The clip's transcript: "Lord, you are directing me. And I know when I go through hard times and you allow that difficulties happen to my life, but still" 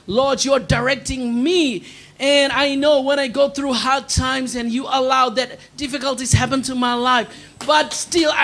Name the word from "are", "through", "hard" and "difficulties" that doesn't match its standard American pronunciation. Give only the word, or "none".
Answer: none